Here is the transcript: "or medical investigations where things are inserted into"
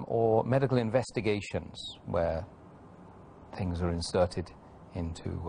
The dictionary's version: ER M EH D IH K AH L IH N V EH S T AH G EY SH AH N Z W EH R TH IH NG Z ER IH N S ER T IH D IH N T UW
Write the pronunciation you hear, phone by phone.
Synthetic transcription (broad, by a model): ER M EH D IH K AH L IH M V EH S T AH G EY SH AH N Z W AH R TH IH NG Z ER IH N S ER T IH D IH N T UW